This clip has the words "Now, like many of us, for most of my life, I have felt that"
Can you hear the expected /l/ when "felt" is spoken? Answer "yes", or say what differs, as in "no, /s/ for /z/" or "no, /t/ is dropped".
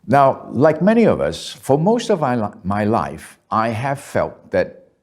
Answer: yes